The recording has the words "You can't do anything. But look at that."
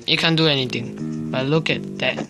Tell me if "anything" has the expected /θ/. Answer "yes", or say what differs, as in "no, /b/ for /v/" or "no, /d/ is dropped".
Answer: no, /t/ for /θ/